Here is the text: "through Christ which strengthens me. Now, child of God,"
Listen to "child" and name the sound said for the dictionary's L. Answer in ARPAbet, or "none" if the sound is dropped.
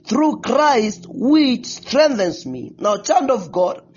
N